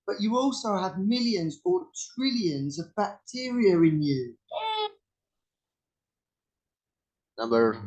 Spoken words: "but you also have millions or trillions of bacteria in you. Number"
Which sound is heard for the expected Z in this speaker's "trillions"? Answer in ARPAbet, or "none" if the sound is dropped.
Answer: Z